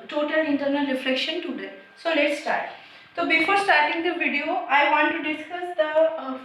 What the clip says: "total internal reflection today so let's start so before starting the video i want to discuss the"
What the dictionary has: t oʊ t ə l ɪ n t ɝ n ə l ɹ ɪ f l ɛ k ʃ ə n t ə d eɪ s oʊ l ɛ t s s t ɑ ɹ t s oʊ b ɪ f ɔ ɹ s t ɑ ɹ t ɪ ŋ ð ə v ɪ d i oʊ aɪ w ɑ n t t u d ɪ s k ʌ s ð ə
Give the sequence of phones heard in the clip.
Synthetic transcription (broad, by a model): t oʊ t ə l ɪ n t ɝ n ə l ɹ ɪ f l ɛ k ʃ ə n t ə d eɪ s oʊ l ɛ t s s t ɑ ɹ t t oʊ b ɪ f ɔ ɹ s t ɑ ɹ t ɪ ŋ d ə v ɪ d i oʊ aɪ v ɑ n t t u d ɪ s k ʌ s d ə